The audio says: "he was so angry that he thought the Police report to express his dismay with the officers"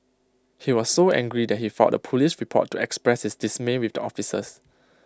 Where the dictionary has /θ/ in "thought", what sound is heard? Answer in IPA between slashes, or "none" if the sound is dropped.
/f/